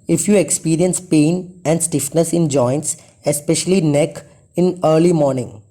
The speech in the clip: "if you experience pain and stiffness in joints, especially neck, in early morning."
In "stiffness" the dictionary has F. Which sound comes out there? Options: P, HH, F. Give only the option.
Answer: F